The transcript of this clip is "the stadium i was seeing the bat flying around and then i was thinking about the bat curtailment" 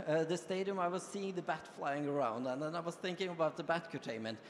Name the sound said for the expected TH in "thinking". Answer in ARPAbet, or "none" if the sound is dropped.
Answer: TH